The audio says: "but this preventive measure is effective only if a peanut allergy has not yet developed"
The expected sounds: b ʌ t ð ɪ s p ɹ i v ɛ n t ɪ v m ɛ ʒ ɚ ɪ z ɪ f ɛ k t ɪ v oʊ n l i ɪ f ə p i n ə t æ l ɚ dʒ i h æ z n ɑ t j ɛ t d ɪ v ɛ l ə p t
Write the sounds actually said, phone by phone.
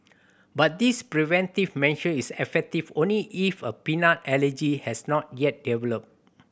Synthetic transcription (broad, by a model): b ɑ t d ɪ s p ɹ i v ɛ n t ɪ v m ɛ ʃ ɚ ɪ s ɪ f ɛ k t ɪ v oʊ n l i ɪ f ə p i n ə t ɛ l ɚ dʒ i h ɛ s n ɑ t j ɛ t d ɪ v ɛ l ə p